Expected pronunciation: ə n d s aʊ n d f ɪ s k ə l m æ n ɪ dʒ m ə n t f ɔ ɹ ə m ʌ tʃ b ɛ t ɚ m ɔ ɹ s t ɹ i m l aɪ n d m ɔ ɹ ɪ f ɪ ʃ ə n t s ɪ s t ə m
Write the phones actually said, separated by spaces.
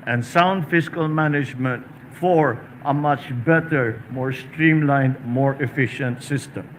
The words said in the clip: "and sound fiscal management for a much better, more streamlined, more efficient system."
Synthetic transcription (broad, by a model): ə n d s aʊ n d f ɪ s k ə l m æ n ɪ dʒ m ə n t f ɔ ɹ ə m ʌ tʃ b ɛ t ɚ m ɔ ɹ s t ɹ i m l aɪ n d m ɔ ɹ ɪ f ɪ ʃ ə n t s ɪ s t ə m